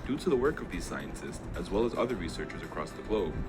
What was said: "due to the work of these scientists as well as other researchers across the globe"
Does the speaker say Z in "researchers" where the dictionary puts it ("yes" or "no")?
yes